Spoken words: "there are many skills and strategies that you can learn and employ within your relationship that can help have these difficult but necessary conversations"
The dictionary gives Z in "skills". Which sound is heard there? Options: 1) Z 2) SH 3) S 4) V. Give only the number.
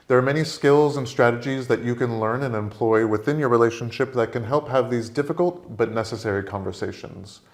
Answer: 1